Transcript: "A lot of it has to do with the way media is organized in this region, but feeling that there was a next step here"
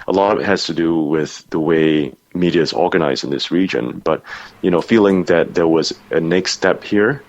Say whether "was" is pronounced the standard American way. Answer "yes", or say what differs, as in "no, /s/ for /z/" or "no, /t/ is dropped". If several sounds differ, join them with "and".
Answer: yes